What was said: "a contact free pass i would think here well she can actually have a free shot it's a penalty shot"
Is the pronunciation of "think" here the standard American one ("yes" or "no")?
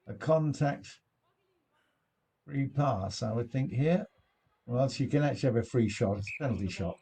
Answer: yes